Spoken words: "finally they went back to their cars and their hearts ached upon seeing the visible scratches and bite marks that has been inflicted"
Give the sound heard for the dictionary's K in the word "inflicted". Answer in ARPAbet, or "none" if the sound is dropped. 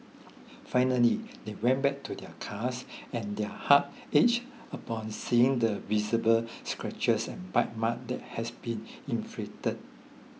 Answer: none